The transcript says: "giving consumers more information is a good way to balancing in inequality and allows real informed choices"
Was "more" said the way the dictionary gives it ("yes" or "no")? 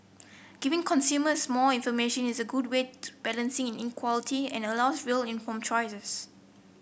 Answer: no